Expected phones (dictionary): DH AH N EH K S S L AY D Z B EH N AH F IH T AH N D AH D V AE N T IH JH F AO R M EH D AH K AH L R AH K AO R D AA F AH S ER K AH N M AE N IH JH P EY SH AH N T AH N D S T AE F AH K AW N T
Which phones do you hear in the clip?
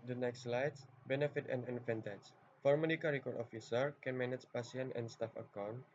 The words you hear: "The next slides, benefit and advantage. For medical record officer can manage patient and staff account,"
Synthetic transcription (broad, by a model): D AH N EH K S S L AY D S B EH N AH F IH T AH N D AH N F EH N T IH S F AO R M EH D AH K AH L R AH K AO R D AA F AH S ER K AH N M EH N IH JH P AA S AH N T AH N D S T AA F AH K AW N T